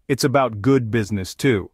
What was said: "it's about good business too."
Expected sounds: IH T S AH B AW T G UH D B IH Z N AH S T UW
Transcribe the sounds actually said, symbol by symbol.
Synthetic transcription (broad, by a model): IH T S AH B AW T G UH D B IH Z N AH S T UW